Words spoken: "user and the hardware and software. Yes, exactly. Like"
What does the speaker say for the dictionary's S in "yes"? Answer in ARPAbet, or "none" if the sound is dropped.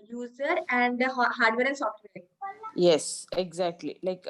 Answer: S